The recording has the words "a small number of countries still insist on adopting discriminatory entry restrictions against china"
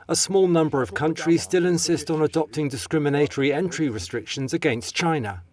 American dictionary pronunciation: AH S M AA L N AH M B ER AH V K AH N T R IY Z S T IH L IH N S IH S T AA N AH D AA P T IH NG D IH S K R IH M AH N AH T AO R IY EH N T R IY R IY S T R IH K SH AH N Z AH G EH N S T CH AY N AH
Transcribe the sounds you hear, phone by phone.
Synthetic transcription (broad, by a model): AH S M AA L N AH M B ER AH V K AH N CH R IY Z S T IH L IH N S IH S T N AH D AA P T IH NG D IH S K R IH M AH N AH T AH R IY EH N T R IY R IY S T R IH K SH AH N Z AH G EH N S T CH AY N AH